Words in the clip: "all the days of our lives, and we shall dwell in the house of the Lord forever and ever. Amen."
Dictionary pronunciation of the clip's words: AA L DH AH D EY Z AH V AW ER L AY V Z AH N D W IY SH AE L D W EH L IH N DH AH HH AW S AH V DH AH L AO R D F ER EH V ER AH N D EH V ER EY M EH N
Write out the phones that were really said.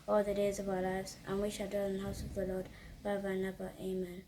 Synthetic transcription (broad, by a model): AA L DH AH D EY Z AH V AW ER L AY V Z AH N W IY SH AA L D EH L IH N DH AH HH AW S AH V DH AH L AO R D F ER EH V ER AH N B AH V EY M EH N